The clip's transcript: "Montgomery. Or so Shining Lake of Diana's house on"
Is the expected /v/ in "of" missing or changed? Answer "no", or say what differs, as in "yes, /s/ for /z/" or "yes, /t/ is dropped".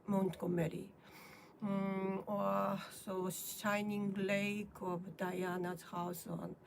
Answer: yes, /b/ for /v/